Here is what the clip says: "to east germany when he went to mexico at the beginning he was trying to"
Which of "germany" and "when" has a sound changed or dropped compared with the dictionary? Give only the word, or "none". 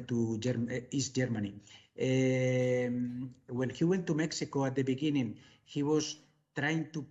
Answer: when